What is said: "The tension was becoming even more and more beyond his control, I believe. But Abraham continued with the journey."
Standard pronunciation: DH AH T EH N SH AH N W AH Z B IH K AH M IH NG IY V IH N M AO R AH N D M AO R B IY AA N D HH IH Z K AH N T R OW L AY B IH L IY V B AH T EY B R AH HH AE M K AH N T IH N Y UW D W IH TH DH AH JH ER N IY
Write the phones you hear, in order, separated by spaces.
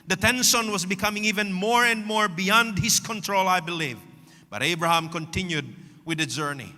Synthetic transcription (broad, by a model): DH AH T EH N S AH N W AH Z B IH K AH M IH NG IY V IH N M AO R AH N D M AO R B IY AA N D HH IH Z K AH N T R OW L AY B IH L IY V B AH T EY B R AH HH AE M K AH N T IH N Y UW D W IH DH AH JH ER N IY